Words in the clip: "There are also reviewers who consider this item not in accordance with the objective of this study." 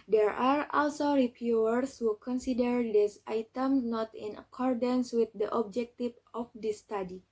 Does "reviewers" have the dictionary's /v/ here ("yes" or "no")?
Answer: no